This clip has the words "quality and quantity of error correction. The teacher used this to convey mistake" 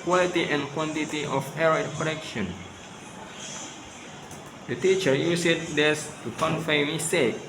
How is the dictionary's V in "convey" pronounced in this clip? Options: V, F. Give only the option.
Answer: F